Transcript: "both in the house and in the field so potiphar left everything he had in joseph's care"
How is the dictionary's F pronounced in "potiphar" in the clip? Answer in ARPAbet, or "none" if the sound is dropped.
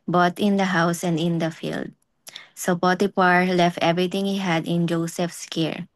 P